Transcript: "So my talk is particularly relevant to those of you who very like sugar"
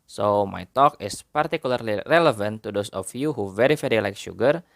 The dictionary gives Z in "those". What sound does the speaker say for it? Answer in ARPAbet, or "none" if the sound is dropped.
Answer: S